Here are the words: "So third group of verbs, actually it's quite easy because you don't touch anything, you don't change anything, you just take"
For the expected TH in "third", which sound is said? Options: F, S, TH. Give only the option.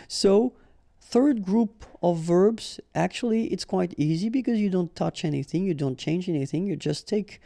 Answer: TH